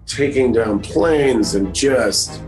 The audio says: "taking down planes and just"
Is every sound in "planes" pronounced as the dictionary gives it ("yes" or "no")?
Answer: yes